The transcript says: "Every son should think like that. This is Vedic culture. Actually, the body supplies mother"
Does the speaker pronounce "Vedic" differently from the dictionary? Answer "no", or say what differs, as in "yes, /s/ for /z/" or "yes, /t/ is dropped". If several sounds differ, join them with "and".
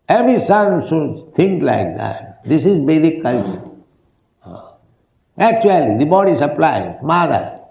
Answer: yes, /b/ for /v/